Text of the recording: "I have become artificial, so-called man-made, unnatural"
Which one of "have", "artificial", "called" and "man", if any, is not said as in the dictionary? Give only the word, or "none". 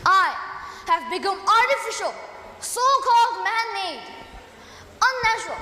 none